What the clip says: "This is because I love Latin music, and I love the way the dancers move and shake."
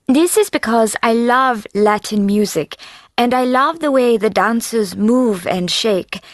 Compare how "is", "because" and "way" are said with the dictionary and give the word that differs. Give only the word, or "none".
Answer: none